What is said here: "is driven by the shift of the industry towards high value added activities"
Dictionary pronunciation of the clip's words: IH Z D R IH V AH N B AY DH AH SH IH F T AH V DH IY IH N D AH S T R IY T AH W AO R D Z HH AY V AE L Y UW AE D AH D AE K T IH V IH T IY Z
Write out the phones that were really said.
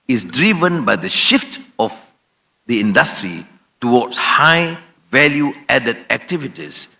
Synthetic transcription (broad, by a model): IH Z D R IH V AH N B AY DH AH SH IH F T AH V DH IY IH N D AH S T R IY T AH W AO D S HH AY V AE L Y UW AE D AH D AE K T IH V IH T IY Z